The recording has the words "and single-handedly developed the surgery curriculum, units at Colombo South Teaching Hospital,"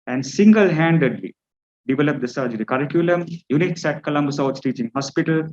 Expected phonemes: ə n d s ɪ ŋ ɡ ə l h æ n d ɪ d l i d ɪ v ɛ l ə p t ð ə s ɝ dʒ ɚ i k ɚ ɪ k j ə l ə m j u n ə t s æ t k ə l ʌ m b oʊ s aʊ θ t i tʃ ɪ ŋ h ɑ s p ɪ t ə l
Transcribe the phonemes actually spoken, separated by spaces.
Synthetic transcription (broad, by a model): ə n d s ɪ ŋ ɡ ə l h æ n d ɪ d l i d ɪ v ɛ l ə p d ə s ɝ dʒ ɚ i k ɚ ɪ k j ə l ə m j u n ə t s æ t k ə l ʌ m b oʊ s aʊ s t i tʃ ɪ ŋ h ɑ s p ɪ t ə l